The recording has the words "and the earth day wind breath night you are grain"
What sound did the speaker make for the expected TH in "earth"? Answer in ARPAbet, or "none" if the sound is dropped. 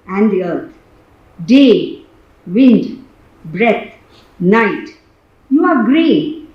T